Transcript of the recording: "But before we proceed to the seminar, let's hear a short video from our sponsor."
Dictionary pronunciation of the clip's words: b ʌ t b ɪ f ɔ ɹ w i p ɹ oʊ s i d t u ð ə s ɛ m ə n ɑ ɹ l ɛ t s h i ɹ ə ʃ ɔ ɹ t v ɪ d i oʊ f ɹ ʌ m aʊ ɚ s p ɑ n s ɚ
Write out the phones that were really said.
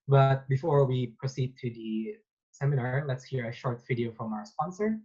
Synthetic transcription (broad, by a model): b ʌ t b ɪ f ɔ ɹ w i p ɹ oʊ s i d t u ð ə s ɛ m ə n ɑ ɹ l ɛ t s h i ɹ ə ʃ ɔ ɹ t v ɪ d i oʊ f ɹ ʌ m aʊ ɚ s p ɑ n s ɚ